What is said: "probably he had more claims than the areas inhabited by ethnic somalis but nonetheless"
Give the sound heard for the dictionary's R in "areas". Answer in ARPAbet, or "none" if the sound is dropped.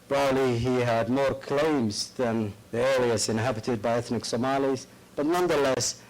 L